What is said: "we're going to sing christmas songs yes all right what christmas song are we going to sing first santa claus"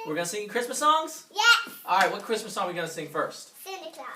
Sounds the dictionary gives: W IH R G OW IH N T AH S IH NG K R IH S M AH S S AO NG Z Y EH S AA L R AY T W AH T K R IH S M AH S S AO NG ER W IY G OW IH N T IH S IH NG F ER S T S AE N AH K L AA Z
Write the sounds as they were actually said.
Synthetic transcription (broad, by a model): W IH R G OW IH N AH S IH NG K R IH S M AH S S AO NG Z Y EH AA L R AY T W AH T K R IH S M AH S S AO NG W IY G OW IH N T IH S IH NG F ER S T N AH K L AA